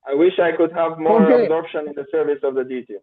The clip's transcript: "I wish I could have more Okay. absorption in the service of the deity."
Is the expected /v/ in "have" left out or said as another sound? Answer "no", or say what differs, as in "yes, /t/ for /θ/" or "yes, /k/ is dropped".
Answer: no